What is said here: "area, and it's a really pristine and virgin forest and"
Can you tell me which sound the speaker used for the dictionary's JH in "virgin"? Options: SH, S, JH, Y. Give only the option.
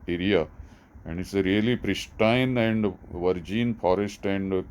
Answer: JH